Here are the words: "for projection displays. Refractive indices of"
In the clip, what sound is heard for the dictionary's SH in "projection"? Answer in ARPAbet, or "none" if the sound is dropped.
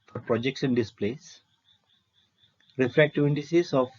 S